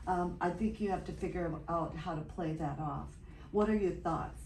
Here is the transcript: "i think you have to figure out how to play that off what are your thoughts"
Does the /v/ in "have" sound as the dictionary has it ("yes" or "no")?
no